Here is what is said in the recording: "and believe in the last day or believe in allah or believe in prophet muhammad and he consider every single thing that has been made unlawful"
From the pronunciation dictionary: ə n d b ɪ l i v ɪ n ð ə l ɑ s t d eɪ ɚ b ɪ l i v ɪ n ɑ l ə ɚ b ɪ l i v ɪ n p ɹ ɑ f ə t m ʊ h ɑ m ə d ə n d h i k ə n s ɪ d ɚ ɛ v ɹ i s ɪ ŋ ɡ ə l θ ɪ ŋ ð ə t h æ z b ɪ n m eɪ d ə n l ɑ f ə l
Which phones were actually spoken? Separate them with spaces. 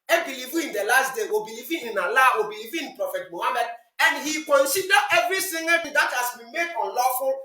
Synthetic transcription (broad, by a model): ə b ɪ l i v ɪ n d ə l ɑ s t d eɪ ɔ b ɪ l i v ɪ n ɑ l ə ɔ b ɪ l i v ɪ n p ɹ ɑ f ə t m ʊ h ɑ m ə d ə n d h i k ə n s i d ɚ ɛ v ɹ i θ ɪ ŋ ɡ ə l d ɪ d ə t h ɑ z b ɪ n m eɪ d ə n l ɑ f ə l